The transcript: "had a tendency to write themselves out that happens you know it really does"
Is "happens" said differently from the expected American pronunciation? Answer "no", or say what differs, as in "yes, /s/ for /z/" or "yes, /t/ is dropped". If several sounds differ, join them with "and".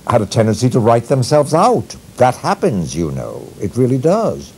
no